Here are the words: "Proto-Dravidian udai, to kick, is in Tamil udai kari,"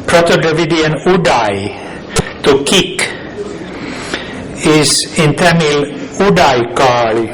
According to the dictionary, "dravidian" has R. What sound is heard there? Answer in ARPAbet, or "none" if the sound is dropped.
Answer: none